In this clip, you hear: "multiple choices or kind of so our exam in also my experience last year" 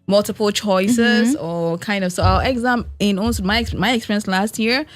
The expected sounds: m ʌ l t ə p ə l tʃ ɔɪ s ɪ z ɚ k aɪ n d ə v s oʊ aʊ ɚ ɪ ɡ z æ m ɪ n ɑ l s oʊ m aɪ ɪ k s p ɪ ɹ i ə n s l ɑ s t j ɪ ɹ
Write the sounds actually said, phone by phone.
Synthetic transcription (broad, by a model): m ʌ l t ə p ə l tʃ ɔɪ s ɪ z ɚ k aɪ n d ə v s oʊ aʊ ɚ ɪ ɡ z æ m ɪ n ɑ n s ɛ m aɪ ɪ k s p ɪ ɹ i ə n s l ɑ s t j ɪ ɹ